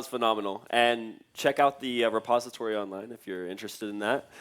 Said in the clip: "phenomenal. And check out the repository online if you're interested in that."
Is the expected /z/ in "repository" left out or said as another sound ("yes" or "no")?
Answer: no